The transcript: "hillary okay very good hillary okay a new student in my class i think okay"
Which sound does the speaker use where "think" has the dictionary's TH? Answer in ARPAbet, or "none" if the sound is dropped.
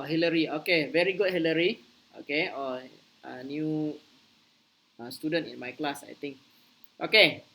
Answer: T